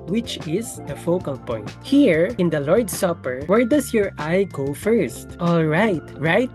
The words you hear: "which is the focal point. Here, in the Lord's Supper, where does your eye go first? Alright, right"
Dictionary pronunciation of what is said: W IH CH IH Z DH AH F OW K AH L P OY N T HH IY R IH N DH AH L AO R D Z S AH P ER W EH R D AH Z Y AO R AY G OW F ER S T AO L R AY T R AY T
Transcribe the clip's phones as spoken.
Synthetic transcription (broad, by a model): W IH CH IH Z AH F OW K AH L P OY N T HH IY R IH N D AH L AO R D S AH P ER W EH R D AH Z Y AO R AY G OW F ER S T AO L R AY T R AY T